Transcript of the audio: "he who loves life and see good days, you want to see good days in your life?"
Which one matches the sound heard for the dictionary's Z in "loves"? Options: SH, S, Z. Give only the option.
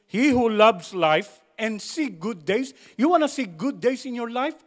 S